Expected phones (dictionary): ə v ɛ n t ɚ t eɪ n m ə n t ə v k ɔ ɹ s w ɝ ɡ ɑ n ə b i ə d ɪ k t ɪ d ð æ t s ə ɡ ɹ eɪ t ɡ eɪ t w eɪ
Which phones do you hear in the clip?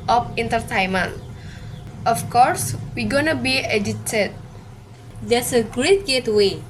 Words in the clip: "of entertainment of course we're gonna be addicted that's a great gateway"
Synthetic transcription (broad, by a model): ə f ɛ n t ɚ t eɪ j m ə n t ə f k ɔ ɹ s w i ɡ ɑ n ə b i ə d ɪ t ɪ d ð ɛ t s ə ɡ ɹ eɪ t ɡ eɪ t w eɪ